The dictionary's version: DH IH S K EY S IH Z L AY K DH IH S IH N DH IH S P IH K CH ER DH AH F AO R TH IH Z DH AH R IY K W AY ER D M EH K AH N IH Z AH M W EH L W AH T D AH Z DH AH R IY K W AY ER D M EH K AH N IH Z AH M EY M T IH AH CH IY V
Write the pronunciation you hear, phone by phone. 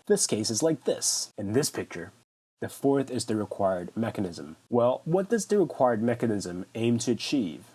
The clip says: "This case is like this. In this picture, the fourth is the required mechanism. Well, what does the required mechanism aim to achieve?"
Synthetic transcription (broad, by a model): DH IH S K EY S IH Z L AY K DH IH S IH N DH IH S P IH K CH ER DH AH F AO R TH IH Z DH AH R IY K W AY ER D M EH K AH N IH Z AH M W EH L W AH T D AH Z DH AH R IY K W AY ER D M EH K AH N IH Z AH M EY M T IH CH IY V